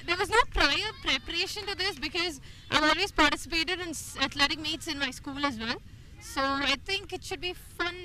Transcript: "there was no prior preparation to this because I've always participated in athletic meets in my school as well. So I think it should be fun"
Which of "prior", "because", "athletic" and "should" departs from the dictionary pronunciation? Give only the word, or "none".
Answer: athletic